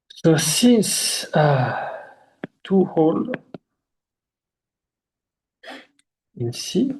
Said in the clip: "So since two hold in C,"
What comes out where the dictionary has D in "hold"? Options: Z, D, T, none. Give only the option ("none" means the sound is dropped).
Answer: none